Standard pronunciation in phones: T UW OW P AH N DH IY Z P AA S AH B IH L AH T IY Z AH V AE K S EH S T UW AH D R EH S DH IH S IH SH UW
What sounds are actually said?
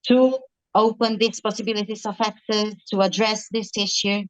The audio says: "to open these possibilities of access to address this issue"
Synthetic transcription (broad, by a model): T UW OW P AH N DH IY S P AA S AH B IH L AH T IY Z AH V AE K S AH T UW AH D R EH S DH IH S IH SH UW